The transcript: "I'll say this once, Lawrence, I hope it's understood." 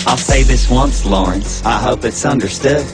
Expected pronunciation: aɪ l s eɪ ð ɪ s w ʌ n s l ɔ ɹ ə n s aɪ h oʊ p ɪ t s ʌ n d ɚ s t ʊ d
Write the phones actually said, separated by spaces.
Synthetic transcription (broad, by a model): aɪ l s eɪ ð ɪ s w ʌ n s l ɔ ɹ ə n s aɪ h oʊ p ɪ t s ʌ n d ɚ s t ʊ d